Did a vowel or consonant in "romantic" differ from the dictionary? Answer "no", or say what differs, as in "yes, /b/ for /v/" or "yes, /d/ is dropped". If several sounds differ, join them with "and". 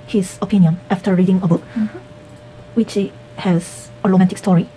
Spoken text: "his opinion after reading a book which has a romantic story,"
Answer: yes, /l/ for /ɹ/